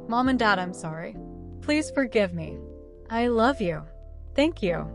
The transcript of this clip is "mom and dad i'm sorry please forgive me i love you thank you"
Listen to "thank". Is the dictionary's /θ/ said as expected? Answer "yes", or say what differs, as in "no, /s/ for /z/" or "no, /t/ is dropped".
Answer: yes